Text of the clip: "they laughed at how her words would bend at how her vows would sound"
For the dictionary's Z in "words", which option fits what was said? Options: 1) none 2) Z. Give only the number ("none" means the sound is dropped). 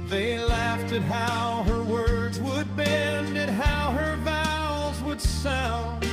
2